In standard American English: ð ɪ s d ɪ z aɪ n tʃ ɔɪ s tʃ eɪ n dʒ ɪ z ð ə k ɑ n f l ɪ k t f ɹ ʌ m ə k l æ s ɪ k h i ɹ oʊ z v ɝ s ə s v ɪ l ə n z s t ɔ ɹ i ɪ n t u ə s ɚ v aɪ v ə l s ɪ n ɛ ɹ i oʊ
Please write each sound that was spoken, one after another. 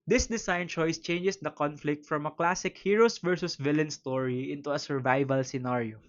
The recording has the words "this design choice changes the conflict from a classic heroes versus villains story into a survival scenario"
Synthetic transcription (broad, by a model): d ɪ s d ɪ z aɪ n tʃ ɔɪ s tʃ eɪ n dʒ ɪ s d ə k ɑ n f l ɪ k t f ɹ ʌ m ə k l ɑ s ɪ k h i ɹ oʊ s v ɝ s ə s v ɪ l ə n s t ɔ ɹ i ɪ n t u ə s ɚ v aɪ v ə l s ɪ n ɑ ɹ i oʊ